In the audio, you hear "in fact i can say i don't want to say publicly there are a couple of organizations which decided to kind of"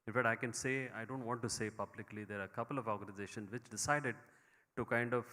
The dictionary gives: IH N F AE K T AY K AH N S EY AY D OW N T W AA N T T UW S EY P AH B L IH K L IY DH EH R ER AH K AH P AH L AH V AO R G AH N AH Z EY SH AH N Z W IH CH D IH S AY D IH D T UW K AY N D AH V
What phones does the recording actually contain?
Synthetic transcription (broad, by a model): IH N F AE T AY K AH N S EY AY D OW N T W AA N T T UW S EY P AH B L IH K L IY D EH R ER AH K AH P AH L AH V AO R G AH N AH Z EY SH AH N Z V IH CH D IH S AY D IH D T UW K AY N D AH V